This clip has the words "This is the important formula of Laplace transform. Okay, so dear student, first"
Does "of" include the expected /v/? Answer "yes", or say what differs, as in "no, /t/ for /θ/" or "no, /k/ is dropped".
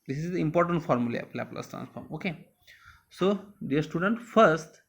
no, /p/ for /v/